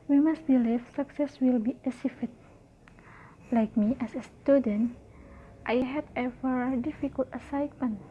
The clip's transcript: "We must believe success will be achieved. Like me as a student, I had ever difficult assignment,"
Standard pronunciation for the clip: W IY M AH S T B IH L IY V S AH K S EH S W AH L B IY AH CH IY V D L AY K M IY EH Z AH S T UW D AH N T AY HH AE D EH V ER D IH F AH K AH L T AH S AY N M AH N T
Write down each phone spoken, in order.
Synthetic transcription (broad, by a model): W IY M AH S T B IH L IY F S AH K S EH S W AH L B IY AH S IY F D L AY K M IY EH S AH S T UW D AH N T AY HH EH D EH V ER D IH F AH K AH L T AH S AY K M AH N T